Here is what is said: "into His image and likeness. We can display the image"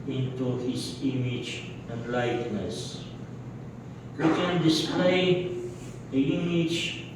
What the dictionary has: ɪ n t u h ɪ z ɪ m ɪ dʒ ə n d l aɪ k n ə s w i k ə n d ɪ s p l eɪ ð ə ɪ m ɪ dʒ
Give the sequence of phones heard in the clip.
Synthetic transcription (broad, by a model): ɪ n t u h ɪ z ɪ m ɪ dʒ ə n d l aɪ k n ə s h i k ə n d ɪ s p eɪ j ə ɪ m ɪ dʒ